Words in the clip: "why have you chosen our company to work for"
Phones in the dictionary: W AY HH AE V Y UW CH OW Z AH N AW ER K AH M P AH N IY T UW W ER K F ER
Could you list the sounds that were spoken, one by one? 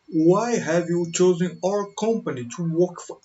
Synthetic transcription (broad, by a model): W AY HH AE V Y UW CH OW Z AH N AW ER K AH M P AH N IY T UW W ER K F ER